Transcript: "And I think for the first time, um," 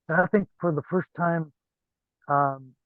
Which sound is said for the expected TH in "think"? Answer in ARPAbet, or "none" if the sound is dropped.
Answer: TH